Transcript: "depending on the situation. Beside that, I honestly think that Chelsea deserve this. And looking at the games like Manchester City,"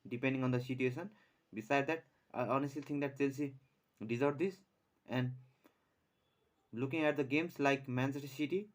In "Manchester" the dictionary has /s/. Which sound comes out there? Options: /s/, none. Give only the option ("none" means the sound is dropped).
none